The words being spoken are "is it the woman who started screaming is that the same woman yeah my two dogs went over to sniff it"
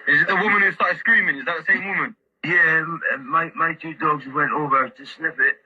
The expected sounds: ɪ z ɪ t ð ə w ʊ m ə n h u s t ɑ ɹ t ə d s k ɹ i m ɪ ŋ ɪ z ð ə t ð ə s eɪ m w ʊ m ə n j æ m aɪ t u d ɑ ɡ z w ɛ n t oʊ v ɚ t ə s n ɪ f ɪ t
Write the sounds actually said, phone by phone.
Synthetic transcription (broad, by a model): ɪ z ɪ t ð ə w ʊ m ə n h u s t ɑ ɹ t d s k ɹ i m ɪ ŋ ɪ z ð ə t ð ə s eɪ m w ʊ m ə n j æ m aɪ t u d ɑ ɡ z w ɛ n t oʊ v ɚ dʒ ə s l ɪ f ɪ t